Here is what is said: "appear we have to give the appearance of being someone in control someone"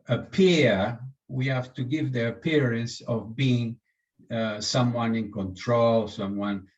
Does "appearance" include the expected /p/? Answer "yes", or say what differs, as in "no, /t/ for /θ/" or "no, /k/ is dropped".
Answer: yes